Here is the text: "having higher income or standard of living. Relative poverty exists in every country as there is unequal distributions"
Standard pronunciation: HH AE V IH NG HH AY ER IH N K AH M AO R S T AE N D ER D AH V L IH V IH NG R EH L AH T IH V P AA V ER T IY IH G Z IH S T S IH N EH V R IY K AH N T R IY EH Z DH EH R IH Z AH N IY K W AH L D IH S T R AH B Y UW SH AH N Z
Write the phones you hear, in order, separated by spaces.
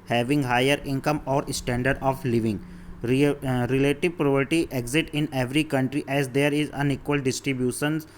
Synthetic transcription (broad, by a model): HH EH V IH NG HH AY ER IH N K AH M AO R S T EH N D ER D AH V L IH V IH NG R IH L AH T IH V P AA P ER T IY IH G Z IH T IH N EH V R IY K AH N T R IY EH Z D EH R IH Z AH N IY K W AH L D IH S T R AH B Y UW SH AH N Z